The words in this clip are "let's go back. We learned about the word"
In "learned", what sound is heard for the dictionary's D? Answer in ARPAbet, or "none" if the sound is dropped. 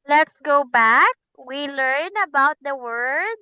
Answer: none